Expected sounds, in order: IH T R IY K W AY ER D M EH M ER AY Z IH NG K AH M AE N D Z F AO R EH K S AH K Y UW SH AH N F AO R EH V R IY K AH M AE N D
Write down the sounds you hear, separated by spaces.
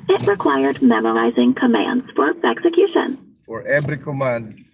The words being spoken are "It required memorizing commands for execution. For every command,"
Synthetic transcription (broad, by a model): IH T R IY K W AY ER D M EH M ER AY Z IH NG K AH M AE N D Z F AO R EH K S AH K Y UW SH AH N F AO R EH B R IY K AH M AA N D